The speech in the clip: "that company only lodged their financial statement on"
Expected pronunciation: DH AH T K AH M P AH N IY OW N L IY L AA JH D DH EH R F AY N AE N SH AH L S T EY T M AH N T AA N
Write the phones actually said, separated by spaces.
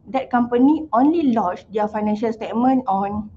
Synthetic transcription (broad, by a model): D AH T K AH M P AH N IY OW N L IY L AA CH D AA F AY N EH N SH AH L S T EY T M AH N AA N